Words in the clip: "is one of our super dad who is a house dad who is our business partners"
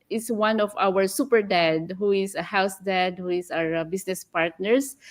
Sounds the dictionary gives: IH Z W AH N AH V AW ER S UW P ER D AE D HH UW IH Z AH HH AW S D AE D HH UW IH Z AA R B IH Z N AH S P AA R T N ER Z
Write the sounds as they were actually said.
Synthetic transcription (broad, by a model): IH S W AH N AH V AW ER S UW P ER D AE D HH UW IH S AH HH AW S D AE D HH UW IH S AA R B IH S N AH S P AA R T N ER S